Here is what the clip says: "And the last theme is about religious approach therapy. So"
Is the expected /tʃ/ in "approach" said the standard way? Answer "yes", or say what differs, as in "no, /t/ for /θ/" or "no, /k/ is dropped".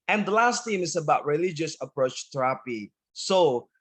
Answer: yes